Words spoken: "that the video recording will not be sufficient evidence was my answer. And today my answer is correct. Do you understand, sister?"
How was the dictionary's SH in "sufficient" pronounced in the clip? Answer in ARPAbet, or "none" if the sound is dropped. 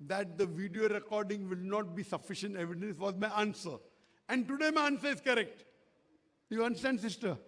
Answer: SH